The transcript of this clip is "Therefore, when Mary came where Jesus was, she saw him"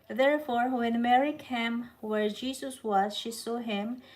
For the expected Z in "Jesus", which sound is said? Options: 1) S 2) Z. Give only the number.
1